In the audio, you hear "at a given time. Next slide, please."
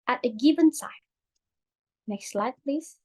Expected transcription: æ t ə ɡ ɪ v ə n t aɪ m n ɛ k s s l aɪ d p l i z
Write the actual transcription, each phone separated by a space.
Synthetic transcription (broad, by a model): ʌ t ə ɡ ɪ v ə n s aɪ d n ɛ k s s l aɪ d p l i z